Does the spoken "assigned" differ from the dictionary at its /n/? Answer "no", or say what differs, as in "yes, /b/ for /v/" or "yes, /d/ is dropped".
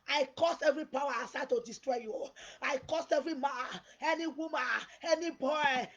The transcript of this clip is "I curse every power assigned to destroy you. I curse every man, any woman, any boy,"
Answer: yes, /n/ is dropped